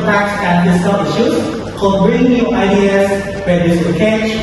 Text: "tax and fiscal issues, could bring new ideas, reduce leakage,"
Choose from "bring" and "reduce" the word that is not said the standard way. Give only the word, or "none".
reduce